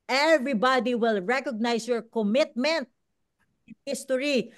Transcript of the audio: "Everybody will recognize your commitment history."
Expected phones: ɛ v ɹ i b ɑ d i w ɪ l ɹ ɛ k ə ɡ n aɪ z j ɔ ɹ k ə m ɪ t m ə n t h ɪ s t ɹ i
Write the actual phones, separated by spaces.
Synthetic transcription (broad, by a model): ɛ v ɹ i b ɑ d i w ɪ l ɹ ɛ k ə ɡ n aɪ s j ɔ ɹ k ə m ɪ t m ə n t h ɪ s t ɹ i